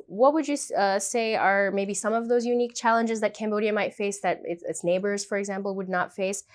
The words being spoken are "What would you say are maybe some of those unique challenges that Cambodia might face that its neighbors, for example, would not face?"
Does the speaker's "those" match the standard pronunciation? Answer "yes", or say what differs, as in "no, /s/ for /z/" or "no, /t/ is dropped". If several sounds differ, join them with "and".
yes